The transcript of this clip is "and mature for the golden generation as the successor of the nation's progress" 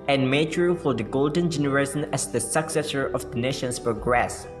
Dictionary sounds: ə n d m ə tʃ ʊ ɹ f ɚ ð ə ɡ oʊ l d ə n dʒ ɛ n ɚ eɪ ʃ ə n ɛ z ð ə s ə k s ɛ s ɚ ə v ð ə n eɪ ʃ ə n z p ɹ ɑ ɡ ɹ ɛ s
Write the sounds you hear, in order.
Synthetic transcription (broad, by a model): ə n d m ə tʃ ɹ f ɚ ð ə ɡ oʊ l d ə n dʒ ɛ n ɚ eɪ s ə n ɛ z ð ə s ə k s ɛ s ɚ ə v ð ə n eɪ ʃ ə n s p ɹ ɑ ɡ ɹ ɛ s